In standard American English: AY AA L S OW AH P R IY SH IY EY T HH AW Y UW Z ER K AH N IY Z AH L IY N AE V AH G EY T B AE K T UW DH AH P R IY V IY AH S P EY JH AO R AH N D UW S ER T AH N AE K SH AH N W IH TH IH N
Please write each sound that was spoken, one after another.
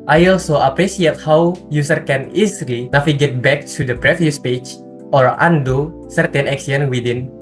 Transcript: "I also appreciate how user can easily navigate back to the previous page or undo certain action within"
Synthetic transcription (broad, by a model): AY AA L S OW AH P R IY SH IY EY T HH AW Y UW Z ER K AH N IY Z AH L IY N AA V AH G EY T B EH K T UW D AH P R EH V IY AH S P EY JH AO R AH N D UW S ER T AH N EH K S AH N W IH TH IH N